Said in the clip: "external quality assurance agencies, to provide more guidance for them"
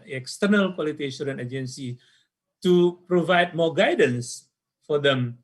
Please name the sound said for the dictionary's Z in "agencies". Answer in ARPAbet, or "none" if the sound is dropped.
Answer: none